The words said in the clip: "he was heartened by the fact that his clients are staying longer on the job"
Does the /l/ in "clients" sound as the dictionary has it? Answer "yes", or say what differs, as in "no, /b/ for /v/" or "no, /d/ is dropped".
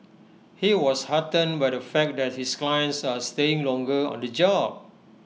yes